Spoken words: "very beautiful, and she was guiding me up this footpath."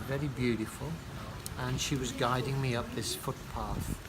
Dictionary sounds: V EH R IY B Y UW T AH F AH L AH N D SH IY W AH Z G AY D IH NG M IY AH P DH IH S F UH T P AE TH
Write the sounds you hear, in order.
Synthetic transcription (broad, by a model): V EH R IY B Y UW T AH F AH L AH N SH IY W AH Z G AY D IH NG M IY AH P DH IH S F UH T P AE TH